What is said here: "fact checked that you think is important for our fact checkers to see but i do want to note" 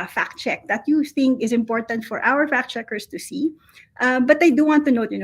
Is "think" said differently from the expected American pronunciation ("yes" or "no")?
no